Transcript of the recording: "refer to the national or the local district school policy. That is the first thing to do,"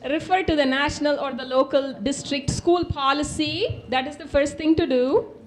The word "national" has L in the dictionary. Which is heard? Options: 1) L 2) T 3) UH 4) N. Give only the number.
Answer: 1